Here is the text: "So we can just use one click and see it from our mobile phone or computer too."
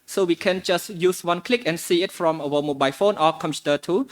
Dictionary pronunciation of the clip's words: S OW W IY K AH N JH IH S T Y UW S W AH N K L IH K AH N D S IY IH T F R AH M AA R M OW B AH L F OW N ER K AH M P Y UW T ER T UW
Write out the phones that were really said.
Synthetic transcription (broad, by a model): S OW W IY K AH N JH IH S T Y UW S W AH N K L IH K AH N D S IY IH T F R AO M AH W M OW B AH L F OW N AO K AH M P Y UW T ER T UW